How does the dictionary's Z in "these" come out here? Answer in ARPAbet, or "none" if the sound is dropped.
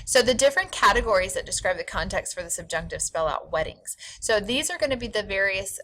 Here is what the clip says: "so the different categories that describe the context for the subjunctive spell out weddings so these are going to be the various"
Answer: Z